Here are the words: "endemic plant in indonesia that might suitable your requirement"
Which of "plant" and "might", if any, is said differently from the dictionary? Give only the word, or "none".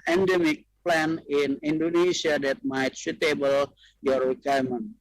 plant